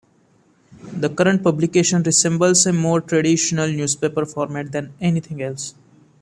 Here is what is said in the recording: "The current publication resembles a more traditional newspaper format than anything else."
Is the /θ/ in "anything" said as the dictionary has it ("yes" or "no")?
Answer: no